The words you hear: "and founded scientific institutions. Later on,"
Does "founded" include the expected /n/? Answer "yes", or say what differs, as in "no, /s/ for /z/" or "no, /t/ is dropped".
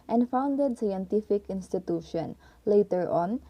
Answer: yes